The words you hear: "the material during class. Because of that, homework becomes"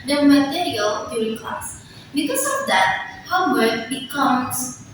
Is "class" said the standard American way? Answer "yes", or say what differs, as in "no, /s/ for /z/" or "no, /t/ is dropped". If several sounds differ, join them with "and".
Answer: no, /l/ is dropped